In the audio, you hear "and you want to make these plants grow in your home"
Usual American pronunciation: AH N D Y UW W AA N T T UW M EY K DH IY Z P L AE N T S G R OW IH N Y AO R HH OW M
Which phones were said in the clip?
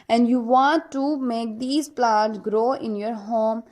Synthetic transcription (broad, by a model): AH N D Y UW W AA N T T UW M EY K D IY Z P L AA T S G R OW IH N Y AO R HH OW M